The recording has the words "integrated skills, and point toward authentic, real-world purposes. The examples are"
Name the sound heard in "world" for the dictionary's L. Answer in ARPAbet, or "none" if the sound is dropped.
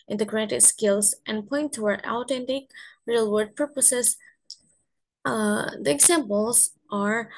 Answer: none